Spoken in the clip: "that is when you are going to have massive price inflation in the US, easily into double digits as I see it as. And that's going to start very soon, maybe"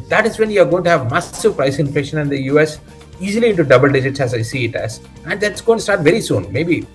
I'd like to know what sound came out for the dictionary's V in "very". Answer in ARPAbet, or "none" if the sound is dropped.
V